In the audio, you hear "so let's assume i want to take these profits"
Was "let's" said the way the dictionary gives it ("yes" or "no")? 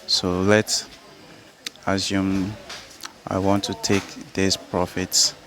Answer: yes